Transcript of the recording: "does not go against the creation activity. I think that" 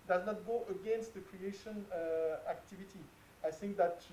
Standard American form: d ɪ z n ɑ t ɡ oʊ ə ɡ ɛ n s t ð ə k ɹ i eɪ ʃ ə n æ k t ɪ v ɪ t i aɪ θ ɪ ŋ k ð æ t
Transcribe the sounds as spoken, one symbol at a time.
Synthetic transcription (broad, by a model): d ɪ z n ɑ t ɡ oʊ ə ɡ ɛ n s t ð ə k ɹ i eɪ ʃ ə n æ k t ɪ v ɪ t i aɪ θ ɪ ŋ k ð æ t